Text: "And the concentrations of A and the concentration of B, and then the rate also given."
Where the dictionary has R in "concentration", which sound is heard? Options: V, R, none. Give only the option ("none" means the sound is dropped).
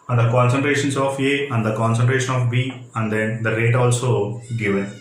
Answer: R